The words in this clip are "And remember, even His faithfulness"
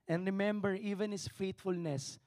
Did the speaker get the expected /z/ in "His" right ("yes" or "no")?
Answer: no